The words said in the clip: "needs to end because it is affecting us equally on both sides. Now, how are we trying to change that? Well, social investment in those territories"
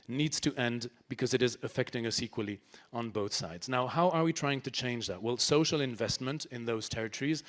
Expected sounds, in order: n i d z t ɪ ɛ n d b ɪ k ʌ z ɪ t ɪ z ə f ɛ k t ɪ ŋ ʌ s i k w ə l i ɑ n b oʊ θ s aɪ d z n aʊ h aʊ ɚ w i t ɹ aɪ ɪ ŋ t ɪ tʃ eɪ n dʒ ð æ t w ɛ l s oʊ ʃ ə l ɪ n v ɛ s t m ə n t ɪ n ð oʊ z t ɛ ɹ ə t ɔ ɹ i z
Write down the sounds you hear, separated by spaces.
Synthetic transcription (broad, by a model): n i d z t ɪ ɛ n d b ɪ k ʌ z ɪ t ɪ z ə f ɛ k t ɪ ŋ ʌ s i k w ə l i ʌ n b oʊ θ s aɪ d z n aʊ h aʊ ɚ w i t ɹ aɪ ɪ ŋ t ɪ tʃ eɪ n dʒ ð æ t w ɛ l s oʊ ʃ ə l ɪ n v ɛ s t m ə n t ɪ n ð oʊ z t ɛ ɹ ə t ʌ ɹ i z